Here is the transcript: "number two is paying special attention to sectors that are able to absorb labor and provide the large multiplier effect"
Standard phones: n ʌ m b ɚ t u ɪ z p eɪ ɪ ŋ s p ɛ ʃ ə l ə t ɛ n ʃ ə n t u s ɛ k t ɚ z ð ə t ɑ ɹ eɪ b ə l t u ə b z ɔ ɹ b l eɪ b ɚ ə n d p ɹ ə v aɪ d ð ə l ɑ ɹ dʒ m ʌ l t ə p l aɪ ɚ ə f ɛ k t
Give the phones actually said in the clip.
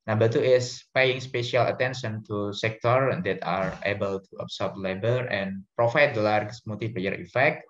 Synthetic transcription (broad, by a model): n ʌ m b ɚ t u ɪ s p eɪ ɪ ŋ s p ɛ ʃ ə l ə t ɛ n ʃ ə n t u s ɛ k t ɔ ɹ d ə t ɑ ɹ eɪ b ə l t u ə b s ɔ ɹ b l eɪ b ɚ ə n p ɹ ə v aɪ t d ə l ɑ ɹ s m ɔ t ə f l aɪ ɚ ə f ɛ k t